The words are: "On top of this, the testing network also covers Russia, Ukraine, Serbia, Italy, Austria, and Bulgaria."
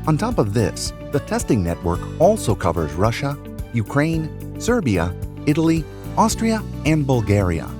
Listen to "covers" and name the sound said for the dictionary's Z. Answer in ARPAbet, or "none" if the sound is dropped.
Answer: Z